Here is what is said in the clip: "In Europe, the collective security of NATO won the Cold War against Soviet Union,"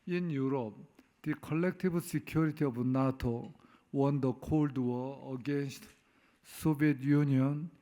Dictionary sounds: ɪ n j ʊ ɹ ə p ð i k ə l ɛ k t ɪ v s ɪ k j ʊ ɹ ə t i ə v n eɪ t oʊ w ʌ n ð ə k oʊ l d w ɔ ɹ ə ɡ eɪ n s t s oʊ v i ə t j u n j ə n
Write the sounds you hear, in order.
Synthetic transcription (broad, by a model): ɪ n j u ɹ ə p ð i k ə l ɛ k t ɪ b s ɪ k j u ɹ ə t i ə b n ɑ t oʊ w ʌ n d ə k oʊ l d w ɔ ə ɡ eɪ n s t s oʊ b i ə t j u n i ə n